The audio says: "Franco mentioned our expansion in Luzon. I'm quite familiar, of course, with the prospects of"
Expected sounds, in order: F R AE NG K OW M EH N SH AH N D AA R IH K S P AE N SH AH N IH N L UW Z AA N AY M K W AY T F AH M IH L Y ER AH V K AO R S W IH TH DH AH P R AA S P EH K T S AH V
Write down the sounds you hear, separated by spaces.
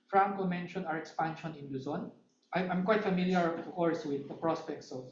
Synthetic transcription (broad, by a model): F R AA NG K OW M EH N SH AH N AA R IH K S P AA N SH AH N IH N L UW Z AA N AY M K W AY T F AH M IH L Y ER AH K AO R S W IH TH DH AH P R AA S P EH K T S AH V